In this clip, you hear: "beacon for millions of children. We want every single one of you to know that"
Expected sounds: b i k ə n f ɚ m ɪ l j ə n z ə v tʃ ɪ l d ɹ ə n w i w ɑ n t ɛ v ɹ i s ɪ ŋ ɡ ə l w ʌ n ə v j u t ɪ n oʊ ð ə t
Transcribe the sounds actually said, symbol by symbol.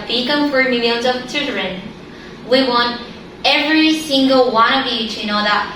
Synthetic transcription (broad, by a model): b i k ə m f ɚ m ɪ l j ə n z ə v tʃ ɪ d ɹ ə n w i w ɑ n t ɛ v ɹ i s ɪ ŋ ɡ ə l w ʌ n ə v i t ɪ n oʊ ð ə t